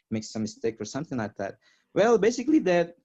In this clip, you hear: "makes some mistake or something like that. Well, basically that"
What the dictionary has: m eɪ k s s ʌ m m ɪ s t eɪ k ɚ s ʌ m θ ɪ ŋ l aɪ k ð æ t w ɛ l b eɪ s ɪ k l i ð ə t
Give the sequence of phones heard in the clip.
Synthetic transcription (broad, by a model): m eɪ k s s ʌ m m ɪ s t eɪ k ɚ s ʌ m θ ɪ ŋ l aɪ k ð æ t w ɛ l b eɪ s ɪ k l i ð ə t